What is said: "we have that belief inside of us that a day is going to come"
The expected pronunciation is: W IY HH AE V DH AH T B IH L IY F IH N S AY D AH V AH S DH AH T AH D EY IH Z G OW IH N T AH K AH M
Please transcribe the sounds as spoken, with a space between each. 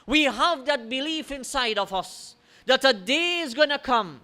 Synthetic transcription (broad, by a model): W IY HH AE V DH AH T B IH L IY F IH N S AY D AH V AH S DH AH T AH D EY IH Z G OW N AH K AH M